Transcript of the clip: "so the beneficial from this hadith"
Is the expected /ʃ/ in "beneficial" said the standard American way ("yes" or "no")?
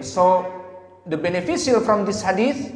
no